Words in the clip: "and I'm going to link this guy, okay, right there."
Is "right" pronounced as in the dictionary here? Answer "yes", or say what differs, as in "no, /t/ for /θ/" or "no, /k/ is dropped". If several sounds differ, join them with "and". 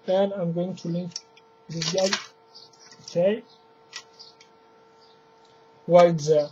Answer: no, /w/ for /ɹ/